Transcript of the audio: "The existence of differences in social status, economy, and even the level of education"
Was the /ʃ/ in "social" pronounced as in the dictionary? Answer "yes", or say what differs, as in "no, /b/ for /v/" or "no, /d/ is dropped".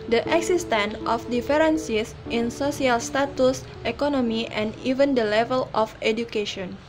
no, /s/ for /ʃ/